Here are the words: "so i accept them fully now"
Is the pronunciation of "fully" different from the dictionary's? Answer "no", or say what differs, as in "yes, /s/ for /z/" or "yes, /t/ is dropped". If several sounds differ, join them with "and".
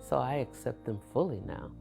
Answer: no